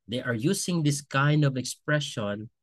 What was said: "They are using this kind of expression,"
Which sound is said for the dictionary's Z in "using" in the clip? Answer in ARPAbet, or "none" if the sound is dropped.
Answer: S